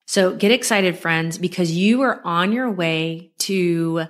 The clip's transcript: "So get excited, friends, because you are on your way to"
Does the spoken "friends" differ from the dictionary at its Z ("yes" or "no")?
no